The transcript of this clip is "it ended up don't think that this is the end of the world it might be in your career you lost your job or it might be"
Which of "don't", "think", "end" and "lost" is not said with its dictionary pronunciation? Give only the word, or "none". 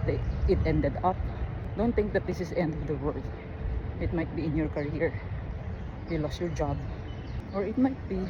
think